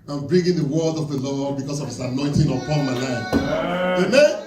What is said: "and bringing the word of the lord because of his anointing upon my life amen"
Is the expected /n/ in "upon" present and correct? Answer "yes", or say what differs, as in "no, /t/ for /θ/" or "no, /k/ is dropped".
no, /l/ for /n/